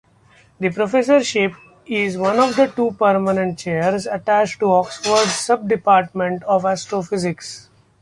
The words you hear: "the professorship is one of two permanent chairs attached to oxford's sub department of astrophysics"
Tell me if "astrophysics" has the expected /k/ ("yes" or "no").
yes